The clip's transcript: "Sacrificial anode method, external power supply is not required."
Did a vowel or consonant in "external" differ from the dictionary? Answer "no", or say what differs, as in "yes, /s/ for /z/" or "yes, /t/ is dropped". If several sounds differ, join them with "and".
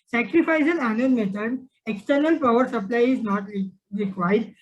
no